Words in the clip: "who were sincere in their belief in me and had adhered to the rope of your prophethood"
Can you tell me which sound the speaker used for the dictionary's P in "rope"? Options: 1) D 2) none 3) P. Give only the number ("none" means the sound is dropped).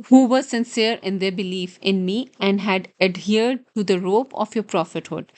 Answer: 3